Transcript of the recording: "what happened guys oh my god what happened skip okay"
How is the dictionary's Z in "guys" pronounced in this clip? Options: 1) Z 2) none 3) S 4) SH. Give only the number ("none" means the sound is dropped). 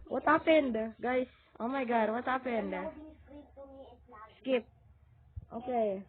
3